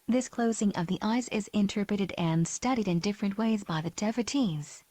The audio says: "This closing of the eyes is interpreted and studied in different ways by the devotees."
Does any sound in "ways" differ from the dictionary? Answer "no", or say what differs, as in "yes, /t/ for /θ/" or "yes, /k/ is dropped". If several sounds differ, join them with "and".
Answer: no